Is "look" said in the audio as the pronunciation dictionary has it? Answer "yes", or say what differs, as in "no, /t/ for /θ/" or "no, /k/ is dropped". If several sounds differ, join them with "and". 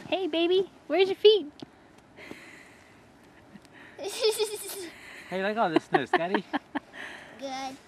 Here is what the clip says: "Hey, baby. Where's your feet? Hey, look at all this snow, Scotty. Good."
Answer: no, /k/ is dropped